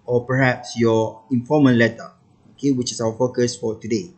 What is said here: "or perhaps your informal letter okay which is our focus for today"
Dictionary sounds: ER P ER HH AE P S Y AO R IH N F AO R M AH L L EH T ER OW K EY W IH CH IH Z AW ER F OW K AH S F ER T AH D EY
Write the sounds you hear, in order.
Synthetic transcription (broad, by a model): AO P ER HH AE P S Y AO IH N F AO M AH N L EH T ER OW K EY W IH CH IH S AW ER F OW K AH S F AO T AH D EY